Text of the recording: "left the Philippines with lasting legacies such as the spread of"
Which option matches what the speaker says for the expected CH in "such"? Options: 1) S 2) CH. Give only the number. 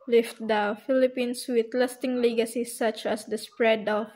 2